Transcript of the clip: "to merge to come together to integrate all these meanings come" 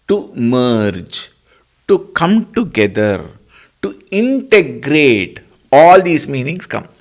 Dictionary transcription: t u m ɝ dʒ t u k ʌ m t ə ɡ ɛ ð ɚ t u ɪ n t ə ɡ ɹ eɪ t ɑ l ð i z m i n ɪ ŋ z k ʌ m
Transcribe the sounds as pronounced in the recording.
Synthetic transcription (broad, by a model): t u m ɝ dʒ t u k ʌ m t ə ɡ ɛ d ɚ t u ɪ n t ə ɡ ɹ eɪ t ɑ l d i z m i n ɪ ŋ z k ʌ m